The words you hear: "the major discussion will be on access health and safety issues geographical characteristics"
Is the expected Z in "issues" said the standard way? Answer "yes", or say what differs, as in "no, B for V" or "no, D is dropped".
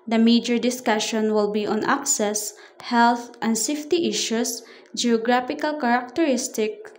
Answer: no, S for Z